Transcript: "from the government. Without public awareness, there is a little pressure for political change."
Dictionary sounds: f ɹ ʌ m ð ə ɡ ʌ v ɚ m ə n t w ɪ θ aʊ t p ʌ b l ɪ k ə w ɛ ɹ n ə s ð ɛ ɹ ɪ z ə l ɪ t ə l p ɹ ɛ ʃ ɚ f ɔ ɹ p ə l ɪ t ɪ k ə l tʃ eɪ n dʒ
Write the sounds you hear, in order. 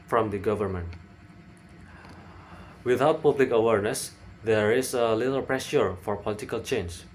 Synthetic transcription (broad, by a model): f ɹ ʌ m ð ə ɡ ʌ v ɚ m ə n t w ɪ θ aʊ t p ʌ b l ɪ k ə w ɛ ɹ n ə s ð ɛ ɹ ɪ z ə l ɪ t ə l p ɹ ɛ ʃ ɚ f ɔ ɹ p ə l ɪ t ɪ k ə l tʃ eɪ n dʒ